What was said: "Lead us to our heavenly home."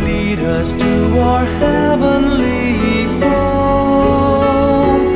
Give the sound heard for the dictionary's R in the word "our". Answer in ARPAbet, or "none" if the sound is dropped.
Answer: R